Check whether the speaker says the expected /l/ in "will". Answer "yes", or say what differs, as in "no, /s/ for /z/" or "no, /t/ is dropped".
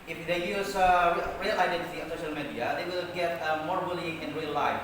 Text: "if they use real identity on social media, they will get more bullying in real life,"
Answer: yes